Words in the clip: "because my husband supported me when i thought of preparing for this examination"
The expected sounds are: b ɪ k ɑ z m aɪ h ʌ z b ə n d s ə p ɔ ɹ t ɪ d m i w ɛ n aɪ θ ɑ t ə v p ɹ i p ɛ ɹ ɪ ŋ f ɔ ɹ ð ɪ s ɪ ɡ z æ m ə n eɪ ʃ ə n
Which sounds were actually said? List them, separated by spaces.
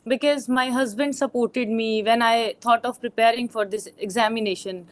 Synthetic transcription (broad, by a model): b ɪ k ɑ z m aɪ h ʌ z b ə n d s ə p ɔ ɹ t ɪ d m i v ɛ n aɪ t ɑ t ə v p ɹ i p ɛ ɹ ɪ ŋ f ɔ ɹ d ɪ s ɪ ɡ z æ m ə n eɪ ʃ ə n